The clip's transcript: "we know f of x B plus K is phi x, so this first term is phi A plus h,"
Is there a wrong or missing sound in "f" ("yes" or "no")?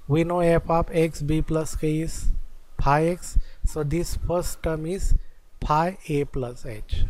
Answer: yes